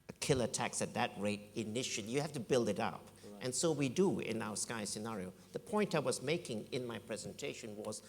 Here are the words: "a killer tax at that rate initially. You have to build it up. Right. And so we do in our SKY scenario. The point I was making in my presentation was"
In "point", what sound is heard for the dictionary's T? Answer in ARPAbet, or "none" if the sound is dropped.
T